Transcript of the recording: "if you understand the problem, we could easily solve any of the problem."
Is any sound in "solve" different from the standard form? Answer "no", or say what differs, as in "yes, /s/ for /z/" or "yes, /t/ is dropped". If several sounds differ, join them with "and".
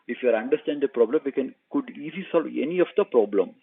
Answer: no